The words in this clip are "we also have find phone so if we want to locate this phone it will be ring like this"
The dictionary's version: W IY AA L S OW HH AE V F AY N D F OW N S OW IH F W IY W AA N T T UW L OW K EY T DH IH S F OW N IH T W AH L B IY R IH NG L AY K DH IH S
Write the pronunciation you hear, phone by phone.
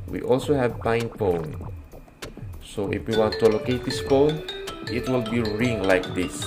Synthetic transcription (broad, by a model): W IY AA L S OW HH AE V P AY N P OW N S OW IH F W IY W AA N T T UW L OW K EY T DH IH S P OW N IH T W AH L B IY R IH NG L AY K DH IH S